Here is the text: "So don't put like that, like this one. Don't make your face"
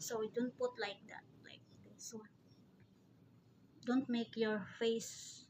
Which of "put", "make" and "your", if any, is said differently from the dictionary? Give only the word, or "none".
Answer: none